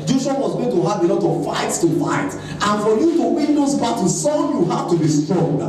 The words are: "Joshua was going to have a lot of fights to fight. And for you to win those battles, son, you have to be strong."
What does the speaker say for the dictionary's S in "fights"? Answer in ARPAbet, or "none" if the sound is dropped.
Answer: S